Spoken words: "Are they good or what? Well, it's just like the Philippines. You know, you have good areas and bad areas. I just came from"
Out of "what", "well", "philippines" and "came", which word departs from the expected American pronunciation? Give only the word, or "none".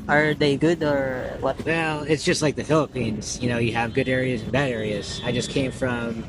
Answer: none